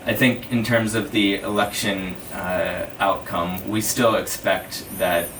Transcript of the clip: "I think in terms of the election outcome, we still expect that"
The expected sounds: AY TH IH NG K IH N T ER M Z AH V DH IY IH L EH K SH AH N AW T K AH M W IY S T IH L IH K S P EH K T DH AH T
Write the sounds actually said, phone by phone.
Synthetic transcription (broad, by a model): AY TH IH NG K IH N T ER M Z AH V DH IY IH L EH K SH AH N AW T K AH M W IY S T IH L IH K S P EH K T DH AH T